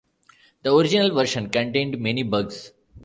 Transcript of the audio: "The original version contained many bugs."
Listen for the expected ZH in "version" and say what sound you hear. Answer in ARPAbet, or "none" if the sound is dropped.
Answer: SH